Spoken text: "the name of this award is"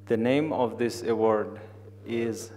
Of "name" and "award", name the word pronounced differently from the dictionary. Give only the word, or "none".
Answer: none